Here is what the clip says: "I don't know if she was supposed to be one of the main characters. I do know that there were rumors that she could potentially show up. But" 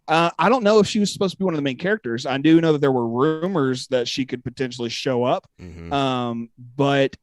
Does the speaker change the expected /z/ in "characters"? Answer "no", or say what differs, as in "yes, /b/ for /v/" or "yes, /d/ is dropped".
no